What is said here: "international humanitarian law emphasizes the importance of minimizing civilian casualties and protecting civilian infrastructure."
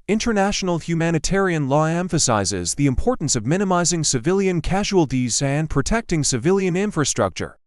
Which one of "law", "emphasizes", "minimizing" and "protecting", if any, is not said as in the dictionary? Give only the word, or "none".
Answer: none